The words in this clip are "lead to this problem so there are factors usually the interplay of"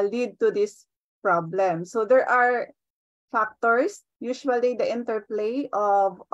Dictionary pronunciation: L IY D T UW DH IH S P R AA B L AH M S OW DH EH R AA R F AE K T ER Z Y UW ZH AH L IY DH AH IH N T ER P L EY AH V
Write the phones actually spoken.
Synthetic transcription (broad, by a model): L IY D T UW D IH S P R AA B L AH M S OW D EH R AA R F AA K T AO S Y UW SH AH L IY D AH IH N T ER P L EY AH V